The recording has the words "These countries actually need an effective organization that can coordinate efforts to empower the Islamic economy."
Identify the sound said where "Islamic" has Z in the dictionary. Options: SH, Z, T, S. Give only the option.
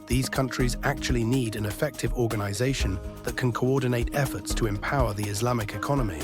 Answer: Z